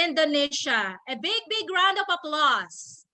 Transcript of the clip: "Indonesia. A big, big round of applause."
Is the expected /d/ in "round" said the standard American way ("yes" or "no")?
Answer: yes